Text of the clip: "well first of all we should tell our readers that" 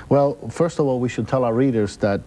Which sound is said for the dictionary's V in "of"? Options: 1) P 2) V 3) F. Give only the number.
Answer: 2